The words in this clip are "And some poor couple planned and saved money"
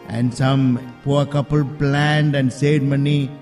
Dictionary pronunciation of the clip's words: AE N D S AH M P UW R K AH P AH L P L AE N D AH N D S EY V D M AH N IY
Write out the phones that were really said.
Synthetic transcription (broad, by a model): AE N D S AH M P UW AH K AH P AH L P L AE N D AH N D S EY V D M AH N IY